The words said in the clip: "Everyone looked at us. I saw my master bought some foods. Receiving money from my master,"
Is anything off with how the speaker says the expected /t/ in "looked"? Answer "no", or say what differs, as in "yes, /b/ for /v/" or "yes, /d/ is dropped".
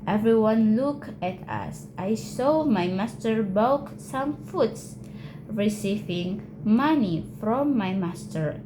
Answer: yes, /t/ is dropped